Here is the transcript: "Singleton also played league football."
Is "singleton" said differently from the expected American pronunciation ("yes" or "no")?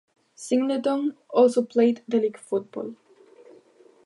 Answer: yes